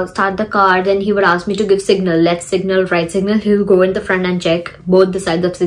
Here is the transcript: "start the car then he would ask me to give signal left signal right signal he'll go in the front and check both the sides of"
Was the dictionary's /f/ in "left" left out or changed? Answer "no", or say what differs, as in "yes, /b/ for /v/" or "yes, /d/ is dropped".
yes, /f/ is dropped